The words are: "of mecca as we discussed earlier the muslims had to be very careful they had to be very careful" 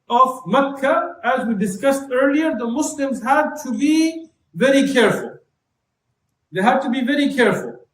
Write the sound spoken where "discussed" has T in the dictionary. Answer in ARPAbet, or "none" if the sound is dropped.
T